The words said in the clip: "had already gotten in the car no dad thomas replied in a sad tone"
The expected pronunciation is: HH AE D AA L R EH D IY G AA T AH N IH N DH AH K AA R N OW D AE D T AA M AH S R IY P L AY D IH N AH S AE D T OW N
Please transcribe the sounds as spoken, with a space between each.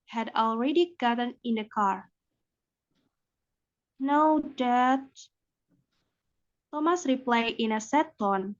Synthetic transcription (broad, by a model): HH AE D AA L R EH D IY G AA T AH N IH N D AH K AA R N OW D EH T T AA M AH S R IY P L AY IH N AH S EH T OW N